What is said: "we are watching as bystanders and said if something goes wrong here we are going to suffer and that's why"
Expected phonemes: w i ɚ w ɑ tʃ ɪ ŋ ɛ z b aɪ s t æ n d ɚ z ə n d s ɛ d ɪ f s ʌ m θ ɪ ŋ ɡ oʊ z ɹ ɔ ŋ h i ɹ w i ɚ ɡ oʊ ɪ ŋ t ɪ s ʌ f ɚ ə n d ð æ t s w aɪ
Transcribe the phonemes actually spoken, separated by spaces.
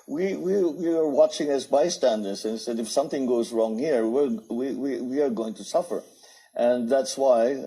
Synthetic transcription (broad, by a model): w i ɚ w ɑ tʃ ɪ ŋ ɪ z b aɪ s t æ n d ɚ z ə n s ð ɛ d ɪ f s ʌ m θ ɪ ŋ ɡ oʊ z ɹ ɔ ŋ h i ɹ w i ɚ ɡ oʊ ɪ ŋ t ɪ s ʌ f ɚ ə n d ð æ t s w aɪ